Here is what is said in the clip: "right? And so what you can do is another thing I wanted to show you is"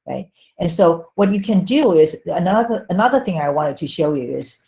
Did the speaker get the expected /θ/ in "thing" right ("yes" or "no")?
yes